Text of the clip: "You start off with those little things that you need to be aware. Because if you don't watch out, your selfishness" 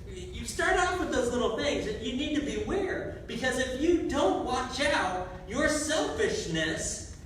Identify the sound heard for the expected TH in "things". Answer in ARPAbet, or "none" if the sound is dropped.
TH